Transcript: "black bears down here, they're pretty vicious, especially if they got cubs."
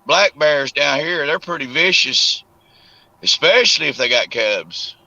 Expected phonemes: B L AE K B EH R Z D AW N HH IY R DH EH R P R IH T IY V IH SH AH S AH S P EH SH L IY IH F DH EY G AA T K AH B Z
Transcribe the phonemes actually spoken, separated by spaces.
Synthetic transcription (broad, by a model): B L AE K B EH R Z D AW N HH IY R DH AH R P R IH T IY V IH SH AH S AH S P EH SH L IY IH F DH EY G AA T K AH B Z